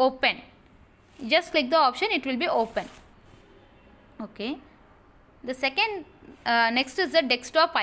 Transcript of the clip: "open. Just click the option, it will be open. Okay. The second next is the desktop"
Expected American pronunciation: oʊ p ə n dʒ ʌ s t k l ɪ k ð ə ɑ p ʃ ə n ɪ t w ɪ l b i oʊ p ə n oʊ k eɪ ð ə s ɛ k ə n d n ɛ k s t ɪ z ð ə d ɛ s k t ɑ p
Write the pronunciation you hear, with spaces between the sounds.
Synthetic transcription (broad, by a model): oʊ p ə n dʒ ʌ s t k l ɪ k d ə ɑ p ʃ ə n ɪ t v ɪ l b i oʊ p ə n oʊ k eɪ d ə s ɛ k ə n d n ɛ k s t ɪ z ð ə d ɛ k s t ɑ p